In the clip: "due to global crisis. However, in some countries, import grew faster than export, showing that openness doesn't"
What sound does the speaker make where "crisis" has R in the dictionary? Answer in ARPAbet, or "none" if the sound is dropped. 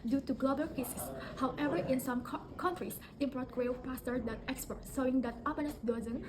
none